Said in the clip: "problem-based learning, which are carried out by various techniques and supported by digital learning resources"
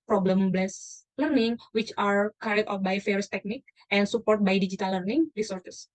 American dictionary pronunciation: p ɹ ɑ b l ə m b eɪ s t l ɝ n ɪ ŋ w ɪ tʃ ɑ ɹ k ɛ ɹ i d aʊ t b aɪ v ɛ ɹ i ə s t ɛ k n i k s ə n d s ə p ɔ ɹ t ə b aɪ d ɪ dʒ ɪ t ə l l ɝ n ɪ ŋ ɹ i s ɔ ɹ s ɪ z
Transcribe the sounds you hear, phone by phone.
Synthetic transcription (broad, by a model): p ɹ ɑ b l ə m b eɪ s l ɝ n ɪ ŋ w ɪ tʃ ɑ ɹ k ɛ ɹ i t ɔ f b aɪ f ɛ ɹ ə s t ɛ k n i k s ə n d s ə p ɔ ɹ t b aɪ d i dʒ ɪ t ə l l ɝ n ɪ ŋ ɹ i s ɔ ɹ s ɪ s